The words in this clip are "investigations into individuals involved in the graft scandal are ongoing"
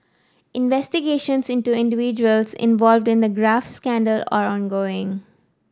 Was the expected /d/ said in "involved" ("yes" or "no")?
yes